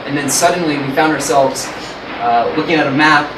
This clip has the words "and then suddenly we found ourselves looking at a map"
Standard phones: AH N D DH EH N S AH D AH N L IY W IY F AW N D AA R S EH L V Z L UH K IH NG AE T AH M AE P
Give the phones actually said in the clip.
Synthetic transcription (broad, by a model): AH N DH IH N S AH D N L IY W IY F AW N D AA R S EH L V Z L UH K IH NG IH T AH M AE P